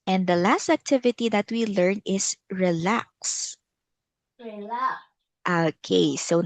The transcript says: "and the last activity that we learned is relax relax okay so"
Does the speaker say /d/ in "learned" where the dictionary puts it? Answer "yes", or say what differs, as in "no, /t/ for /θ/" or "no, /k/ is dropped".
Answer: no, /d/ is dropped